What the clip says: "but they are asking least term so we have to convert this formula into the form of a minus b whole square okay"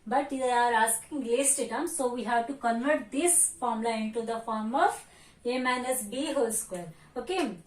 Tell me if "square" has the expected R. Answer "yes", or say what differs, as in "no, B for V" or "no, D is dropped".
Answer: no, L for R